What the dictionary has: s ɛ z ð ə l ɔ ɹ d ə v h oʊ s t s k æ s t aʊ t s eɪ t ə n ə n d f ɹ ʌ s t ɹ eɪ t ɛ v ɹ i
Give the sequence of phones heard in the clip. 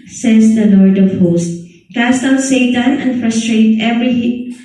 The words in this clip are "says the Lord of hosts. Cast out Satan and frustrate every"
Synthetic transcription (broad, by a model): s ɛ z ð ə l ɔ ɹ d ə v h oʊ s t k æ s t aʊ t s eɪ t ə n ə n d f ɹ ʌ s t ɹ eɪ t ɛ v ɹ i